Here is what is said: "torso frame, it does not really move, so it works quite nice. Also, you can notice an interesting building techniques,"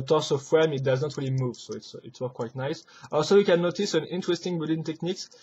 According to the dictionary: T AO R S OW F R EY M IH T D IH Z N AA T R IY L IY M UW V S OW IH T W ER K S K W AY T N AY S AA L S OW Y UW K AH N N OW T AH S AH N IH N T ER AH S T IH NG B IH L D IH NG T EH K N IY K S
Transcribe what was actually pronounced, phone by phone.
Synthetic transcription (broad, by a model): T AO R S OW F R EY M IH T D IH Z N AA T R IY L IY M UW V S OW IH T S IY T S K W AY T N AY S AA L S OW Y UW K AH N N OW T AH S AH N IH N T ER AH S T IH NG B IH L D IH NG T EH K N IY K S